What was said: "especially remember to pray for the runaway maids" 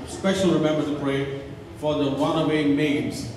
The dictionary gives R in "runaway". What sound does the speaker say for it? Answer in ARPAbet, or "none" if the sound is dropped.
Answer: W